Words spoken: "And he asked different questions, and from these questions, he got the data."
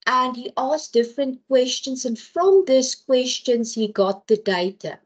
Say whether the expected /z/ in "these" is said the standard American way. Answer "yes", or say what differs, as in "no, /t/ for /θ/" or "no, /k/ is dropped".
no, /s/ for /z/